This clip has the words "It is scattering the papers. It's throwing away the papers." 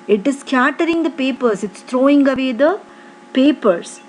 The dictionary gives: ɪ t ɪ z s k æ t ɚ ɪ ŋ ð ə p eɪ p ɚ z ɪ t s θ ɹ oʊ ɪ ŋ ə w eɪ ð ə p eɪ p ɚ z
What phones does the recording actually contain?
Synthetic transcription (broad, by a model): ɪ t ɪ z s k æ t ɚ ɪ ŋ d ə p eɪ p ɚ s ɪ t s t ɹ oʊ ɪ ŋ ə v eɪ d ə p eɪ p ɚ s